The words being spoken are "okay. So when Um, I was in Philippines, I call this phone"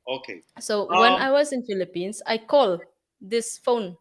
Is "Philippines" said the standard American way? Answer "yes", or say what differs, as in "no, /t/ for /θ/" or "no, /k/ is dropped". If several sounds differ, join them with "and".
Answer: no, /s/ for /z/